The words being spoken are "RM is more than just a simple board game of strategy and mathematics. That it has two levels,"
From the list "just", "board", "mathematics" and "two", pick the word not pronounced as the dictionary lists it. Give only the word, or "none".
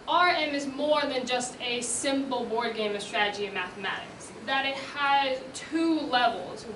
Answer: none